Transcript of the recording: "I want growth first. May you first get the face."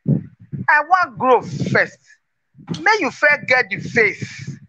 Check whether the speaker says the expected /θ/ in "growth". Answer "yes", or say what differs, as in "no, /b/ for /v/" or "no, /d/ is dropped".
no, /f/ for /θ/